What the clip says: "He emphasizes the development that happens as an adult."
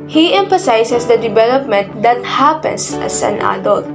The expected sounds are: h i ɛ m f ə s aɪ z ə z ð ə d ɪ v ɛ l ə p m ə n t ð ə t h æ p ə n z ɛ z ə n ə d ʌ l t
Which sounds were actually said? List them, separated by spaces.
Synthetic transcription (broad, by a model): h i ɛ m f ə s aɪ s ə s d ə d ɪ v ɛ l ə p m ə n t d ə t h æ p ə n s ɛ s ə n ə d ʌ l t